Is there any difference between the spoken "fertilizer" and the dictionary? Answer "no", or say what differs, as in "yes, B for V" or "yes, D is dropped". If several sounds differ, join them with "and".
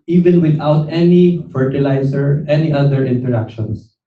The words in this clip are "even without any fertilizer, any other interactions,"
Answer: yes, S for Z